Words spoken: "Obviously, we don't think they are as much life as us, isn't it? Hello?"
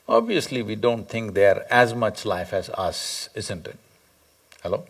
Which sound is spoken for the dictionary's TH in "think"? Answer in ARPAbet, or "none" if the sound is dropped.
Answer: T